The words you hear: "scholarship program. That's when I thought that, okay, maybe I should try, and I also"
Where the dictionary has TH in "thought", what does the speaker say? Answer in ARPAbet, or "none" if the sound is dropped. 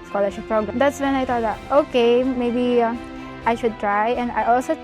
T